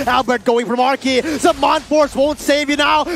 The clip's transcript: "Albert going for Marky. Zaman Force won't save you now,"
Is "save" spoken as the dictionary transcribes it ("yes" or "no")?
yes